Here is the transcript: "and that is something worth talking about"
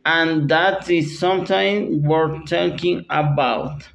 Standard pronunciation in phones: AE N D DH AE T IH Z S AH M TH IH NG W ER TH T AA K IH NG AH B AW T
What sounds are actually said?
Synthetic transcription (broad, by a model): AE N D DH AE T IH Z S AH M T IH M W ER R T AA K IH NG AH B AW T